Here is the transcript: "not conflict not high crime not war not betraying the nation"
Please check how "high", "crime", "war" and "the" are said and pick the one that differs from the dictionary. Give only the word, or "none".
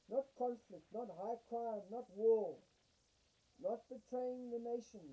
war